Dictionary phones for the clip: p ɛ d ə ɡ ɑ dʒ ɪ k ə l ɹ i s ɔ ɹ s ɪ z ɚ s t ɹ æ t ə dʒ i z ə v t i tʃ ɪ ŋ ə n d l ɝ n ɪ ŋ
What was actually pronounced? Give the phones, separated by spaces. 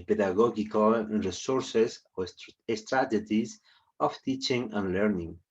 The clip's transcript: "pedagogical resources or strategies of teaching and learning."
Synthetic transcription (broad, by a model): p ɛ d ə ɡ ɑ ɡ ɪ k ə l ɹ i s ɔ ɹ s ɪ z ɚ s t ɹ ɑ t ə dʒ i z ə f t i tʃ ɪ ŋ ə n l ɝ n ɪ ŋ